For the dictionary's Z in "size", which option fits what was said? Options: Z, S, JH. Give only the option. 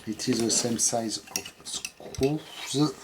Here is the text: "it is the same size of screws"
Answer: Z